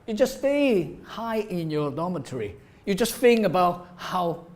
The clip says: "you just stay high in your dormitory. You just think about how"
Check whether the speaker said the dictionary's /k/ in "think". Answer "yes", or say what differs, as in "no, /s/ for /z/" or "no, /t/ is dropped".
no, /k/ is dropped